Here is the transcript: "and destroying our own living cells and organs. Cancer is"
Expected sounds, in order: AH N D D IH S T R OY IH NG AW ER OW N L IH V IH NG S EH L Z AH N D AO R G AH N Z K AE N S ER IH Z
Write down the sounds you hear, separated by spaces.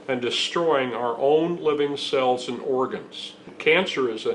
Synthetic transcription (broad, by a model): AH N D D IH S T R OY IH NG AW ER OW N L IH V IH NG S EH L Z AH N AO R G AH N Z K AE N S ER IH